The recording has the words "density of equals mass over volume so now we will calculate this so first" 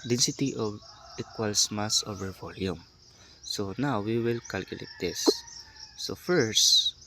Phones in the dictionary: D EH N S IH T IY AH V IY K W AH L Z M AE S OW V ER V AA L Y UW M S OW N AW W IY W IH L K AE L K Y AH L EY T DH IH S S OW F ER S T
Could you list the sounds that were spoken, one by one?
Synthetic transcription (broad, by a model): D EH N S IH T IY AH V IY K W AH L S M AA S OW V ER V AA L Y UW M S OW N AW W IY W IH L K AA L K Y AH L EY T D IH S S OW F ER S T